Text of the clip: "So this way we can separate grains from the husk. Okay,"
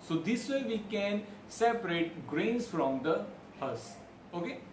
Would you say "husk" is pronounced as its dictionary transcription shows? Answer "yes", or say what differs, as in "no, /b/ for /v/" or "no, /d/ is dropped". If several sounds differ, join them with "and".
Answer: no, /k/ is dropped